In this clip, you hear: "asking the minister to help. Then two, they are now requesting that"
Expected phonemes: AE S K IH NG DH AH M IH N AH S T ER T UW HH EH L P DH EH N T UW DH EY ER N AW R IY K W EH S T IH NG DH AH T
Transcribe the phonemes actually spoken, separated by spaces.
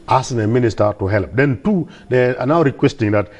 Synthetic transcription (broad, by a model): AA S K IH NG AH M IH N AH S T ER T UW HH EH L P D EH N T UW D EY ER N AW R IY K W EH S T IH NG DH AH T